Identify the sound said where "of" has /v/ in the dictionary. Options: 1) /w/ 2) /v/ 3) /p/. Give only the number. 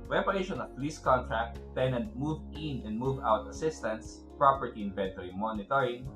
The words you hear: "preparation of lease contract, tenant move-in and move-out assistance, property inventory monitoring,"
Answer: 3